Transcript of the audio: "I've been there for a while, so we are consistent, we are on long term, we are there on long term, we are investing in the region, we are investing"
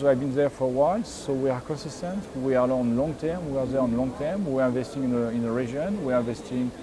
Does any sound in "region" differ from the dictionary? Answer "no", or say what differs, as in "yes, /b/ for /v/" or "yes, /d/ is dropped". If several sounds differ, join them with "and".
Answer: yes, /ʒ/ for /dʒ/